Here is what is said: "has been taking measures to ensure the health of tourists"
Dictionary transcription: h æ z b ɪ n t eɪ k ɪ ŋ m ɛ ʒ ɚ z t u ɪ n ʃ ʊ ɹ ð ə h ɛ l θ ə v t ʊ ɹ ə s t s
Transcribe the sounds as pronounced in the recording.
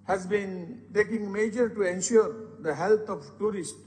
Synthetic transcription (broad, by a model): h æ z b ɪ n t eɪ k ɪ ŋ m ɛ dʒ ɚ t u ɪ n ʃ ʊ ɹ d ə h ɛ l t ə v t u ɹ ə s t